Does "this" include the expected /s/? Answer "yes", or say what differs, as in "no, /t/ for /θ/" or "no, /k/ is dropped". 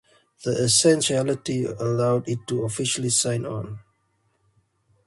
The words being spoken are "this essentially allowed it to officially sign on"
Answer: no, /s/ is dropped